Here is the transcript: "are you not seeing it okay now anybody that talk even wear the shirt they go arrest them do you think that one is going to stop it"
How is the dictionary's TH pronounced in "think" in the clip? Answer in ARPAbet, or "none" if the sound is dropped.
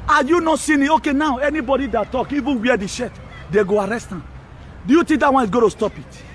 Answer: T